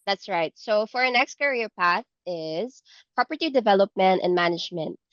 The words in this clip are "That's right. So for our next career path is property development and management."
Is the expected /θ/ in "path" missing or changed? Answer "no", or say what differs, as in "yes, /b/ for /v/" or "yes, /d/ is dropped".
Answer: no